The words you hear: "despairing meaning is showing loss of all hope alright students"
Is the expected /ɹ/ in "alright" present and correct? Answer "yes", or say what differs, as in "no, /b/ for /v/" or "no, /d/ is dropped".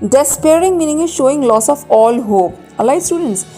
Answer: no, /ɹ/ is dropped